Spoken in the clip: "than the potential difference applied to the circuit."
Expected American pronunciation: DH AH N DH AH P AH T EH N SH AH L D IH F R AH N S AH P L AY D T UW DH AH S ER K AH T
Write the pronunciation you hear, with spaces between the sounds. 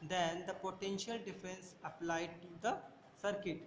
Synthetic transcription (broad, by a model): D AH N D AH P AH T EH N SH AH L D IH F AH N S AH P L AY D T UW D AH S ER K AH T